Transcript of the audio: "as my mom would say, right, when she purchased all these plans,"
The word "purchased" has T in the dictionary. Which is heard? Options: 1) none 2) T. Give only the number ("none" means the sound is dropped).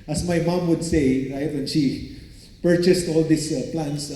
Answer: 2